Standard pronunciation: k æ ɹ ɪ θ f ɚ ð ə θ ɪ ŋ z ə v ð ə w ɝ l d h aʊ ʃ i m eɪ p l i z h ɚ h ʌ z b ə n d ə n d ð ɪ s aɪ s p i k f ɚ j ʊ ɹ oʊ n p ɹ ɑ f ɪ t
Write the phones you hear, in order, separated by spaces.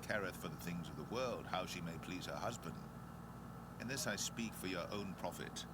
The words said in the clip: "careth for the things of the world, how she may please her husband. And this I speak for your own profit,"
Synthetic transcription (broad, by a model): k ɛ ɹ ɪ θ f ɚ ð ə θ ɪ ŋ z ə v ð ə w ɝ l d h aʊ ʃ i m eɪ p l i z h ɚ h ʌ z b ə n d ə n ð ɪ s aɪ s p i k f ɚ j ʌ ɹ oʊ n p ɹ ɑ f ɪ t